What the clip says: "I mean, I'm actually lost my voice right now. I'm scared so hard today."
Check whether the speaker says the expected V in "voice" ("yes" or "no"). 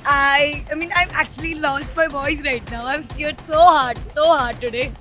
no